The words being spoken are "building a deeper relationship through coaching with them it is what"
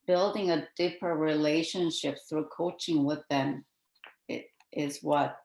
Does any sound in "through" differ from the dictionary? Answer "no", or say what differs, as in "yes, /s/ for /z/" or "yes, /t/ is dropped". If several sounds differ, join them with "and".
no